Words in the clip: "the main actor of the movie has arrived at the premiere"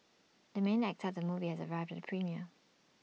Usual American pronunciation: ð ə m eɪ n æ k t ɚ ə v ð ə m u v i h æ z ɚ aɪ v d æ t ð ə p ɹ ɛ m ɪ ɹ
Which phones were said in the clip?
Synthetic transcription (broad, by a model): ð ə m eɪ n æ k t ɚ ə v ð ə m u v i h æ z ɚ aɪ v d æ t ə p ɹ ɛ m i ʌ